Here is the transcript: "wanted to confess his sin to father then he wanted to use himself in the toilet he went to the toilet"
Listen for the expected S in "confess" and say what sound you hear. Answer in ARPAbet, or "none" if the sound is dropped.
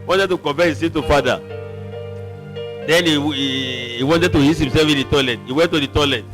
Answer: none